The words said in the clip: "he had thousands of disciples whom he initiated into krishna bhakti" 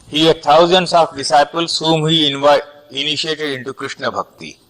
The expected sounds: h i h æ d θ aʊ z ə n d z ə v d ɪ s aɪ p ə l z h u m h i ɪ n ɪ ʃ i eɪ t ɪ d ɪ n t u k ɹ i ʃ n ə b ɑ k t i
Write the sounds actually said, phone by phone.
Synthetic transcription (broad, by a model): h i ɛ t aʊ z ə n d s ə f d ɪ s aɪ p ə l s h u m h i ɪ n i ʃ i eɪ t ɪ d ɪ n t u k ɹ i ʃ n ə b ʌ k t i